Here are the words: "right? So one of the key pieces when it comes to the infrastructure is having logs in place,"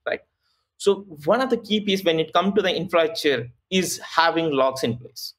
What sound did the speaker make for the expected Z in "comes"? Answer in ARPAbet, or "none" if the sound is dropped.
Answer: none